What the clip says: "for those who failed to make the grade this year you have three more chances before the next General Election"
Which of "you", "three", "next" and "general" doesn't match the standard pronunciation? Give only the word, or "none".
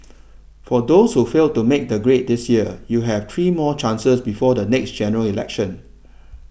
three